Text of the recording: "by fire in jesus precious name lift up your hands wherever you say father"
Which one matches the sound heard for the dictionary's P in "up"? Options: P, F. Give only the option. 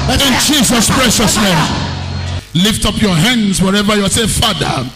P